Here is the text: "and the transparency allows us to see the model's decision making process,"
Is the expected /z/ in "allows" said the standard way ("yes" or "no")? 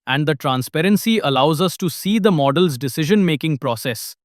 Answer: yes